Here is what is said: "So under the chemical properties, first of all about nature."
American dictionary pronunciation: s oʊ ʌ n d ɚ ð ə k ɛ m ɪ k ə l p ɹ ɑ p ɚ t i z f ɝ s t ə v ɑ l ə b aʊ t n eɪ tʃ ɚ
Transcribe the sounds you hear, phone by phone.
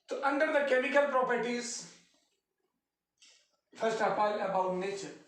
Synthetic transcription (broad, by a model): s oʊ ʌ n d ɚ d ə k ɛ m ɪ k ə l p ɹ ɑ p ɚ t i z f ɝ s t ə p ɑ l ə b aʊ t n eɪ tʃ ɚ